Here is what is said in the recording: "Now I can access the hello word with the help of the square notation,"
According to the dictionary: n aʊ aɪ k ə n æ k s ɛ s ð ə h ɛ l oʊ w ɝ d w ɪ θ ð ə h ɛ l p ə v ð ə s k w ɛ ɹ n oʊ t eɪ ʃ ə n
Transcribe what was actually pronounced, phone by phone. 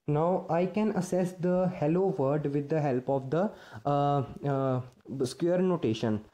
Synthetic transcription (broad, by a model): n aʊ aɪ k ə n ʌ s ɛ s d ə h ɛ l oʊ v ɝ d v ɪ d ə h ɛ l p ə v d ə s k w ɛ ɹ n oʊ t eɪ ʃ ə n